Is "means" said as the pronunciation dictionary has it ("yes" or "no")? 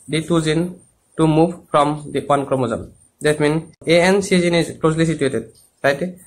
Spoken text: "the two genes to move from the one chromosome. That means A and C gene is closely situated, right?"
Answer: no